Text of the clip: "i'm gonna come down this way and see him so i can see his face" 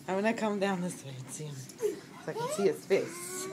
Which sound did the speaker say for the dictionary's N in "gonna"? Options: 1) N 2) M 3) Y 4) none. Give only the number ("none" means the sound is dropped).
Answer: 4